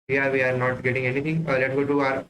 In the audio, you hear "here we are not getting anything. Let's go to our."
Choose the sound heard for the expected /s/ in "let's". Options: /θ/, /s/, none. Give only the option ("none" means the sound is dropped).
none